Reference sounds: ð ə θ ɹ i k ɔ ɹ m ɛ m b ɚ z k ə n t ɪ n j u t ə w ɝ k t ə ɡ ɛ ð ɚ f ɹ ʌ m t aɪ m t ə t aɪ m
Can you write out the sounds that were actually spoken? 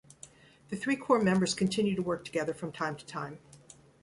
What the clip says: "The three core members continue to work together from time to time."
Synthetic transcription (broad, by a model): ð ə θ ɹ i k ɔ ɹ m ɛ m b ɚ z k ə n t ɪ n j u t ə w ɝ k t ə ɡ ɛ ð ɚ f ɹ ʌ m t aɪ m t ə t aɪ m